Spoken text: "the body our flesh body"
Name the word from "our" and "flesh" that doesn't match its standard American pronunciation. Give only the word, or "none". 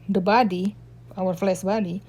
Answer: flesh